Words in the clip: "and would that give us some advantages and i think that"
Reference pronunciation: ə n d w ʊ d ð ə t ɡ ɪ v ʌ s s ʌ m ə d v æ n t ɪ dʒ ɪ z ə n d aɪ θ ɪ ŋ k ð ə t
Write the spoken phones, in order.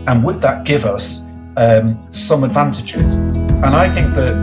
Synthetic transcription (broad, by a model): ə n w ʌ d ð ə t ɡ ɪ v ʌ s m ʌ m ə d v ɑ n t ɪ dʒ ɪ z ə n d aɪ θ ɪ ŋ k ð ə t